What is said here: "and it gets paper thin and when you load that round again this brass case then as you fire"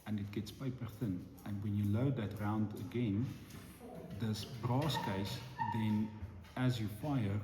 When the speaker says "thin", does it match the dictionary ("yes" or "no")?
yes